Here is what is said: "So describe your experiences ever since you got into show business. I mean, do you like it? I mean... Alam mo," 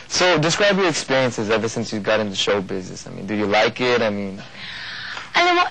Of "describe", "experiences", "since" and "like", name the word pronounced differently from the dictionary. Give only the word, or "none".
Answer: none